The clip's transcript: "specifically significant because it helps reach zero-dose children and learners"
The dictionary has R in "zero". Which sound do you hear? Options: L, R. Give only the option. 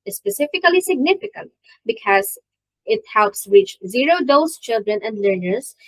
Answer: R